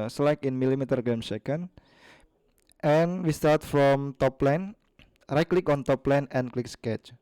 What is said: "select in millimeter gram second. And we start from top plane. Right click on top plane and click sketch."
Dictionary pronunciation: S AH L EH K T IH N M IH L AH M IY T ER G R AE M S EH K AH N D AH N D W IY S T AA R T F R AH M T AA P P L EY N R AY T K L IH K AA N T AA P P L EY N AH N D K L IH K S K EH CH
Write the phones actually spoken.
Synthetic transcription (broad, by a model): S L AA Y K IH N M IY L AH M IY T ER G EH M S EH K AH N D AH N W IY S T AA R T F R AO M T AA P P L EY N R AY K L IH K AA N T AA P P L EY N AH N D K L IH K S K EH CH